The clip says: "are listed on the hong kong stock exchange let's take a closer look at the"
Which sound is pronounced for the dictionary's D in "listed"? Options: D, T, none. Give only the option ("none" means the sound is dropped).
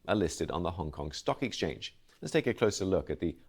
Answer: D